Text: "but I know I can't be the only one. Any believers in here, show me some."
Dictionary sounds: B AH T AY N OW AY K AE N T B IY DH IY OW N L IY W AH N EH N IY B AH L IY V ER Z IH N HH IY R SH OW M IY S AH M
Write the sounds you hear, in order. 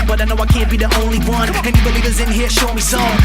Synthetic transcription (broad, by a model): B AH T AY N OW AY K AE N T B IY DH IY OW N L IY W AH N EH N IY B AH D IY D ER Z IH N HH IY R SH OW M IY S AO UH